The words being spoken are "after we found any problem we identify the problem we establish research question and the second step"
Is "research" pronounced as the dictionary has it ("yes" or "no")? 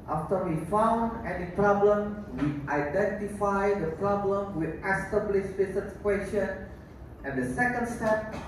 no